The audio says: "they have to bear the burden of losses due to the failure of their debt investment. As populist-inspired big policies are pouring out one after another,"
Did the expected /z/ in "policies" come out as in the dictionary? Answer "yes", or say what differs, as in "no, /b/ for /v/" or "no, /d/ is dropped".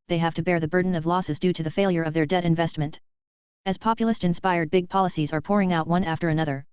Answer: yes